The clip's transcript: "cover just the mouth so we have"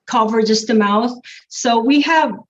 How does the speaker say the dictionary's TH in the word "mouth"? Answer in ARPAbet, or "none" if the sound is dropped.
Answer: TH